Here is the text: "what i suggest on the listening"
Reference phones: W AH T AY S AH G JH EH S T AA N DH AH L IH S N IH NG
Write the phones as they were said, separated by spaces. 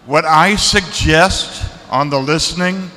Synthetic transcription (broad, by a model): W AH T AY S AH G JH EH S T N DH AH L IH S N IH NG